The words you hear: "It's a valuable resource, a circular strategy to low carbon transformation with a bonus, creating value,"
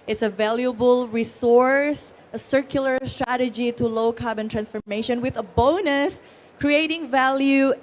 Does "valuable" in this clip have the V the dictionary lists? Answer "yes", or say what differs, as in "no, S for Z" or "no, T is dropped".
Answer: yes